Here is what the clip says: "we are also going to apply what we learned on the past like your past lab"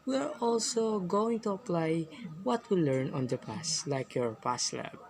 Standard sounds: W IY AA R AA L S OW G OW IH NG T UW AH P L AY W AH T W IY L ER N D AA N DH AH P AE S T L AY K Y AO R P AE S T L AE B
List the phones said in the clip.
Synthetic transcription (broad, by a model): W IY AA R AA L S OW G OW IH NG T UW AH P L AY W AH T W IY L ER N AA N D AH P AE S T L AY K Y AO R P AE S L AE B